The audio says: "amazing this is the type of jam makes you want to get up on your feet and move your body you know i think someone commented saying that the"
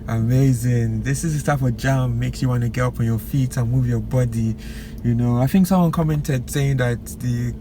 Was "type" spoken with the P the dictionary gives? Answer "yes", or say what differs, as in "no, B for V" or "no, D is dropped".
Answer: no, F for P